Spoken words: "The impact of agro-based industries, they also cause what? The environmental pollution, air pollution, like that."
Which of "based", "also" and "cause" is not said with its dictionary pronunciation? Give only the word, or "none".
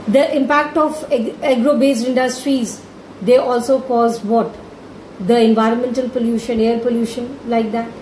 based